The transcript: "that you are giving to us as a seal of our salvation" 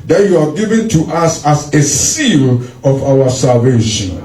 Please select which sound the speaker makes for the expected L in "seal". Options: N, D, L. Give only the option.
L